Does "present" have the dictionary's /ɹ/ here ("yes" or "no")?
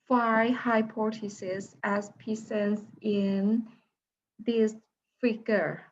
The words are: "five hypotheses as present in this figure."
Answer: no